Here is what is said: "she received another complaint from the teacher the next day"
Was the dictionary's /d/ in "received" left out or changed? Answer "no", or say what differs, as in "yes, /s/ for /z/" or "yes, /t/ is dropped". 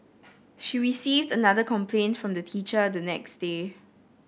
no